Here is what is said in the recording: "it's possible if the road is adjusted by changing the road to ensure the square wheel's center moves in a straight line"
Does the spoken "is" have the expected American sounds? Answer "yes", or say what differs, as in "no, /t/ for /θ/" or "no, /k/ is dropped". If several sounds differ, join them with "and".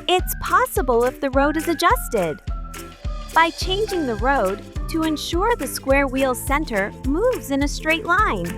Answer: yes